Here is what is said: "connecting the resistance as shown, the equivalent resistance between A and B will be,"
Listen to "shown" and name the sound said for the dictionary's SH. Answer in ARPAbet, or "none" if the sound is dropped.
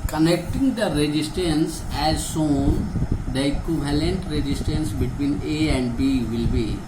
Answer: S